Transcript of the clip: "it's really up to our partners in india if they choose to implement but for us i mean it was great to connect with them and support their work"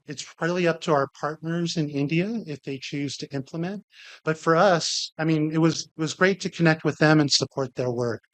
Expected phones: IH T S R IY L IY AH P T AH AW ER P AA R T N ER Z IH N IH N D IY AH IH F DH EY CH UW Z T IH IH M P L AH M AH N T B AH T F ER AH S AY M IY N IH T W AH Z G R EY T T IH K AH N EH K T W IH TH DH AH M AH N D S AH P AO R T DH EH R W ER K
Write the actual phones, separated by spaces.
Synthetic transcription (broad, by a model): IH T S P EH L IY AH P T AH AW ER P AA R T N ER Z IH N IH N D IY AH IH F DH EY CH UW Z T IH IH M P L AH M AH N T B AH T F ER AH S AY M IY N IH T W AH Z G R EY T T IH K AH N EH K T W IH DH AH M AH N S AH P AO R T DH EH R W ER K